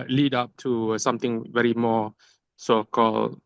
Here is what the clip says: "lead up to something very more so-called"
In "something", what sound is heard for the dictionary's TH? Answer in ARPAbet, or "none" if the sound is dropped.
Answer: T